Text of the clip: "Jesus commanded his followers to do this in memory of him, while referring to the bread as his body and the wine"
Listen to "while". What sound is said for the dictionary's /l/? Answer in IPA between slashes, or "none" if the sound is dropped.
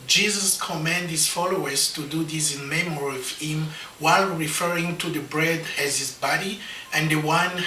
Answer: /l/